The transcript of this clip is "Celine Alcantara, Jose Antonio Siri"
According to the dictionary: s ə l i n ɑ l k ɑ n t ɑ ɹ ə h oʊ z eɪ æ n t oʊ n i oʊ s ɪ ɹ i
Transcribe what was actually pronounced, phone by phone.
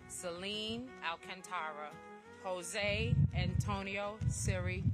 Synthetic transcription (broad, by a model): s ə l i n ɑ l k ɑ n t ɑ ɹ ə h oʊ z eɪ æ n t oʊ n i oʊ s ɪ ɹ i